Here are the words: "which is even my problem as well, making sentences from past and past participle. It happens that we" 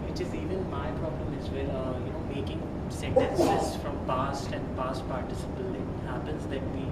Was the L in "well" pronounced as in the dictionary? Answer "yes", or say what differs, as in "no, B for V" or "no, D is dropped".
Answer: no, N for L